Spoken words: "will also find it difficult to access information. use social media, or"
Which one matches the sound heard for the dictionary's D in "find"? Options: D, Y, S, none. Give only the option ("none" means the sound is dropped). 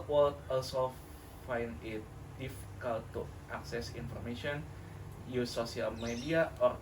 none